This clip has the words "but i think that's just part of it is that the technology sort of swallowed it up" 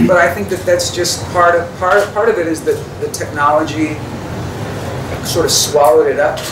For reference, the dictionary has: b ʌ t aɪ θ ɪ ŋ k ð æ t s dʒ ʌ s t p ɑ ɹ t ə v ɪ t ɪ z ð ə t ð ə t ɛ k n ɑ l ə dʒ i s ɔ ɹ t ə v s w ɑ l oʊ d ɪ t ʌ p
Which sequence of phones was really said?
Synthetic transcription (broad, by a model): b ʌ t aɪ θ ɪ ŋ k ð æ t s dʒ ʌ s t p ɑ ɹ t ə v ɪ t ɪ z ð ə t ð ə t ɛ k n ɑ l ə dʒ i s ɔ ɹ t ə v s w ɑ l oʊ d ɪ t ʌ p